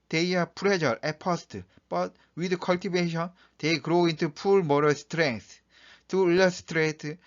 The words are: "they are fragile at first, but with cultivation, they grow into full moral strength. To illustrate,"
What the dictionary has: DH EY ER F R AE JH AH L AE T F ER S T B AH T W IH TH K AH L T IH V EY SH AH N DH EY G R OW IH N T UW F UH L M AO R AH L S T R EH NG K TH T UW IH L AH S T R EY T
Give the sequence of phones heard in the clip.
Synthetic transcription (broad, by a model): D EY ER P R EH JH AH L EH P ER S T B AH T W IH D K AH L T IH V EY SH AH N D EY G R OW IH N T UW P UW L M AO R AH L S T R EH NG K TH T UW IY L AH S T R EY T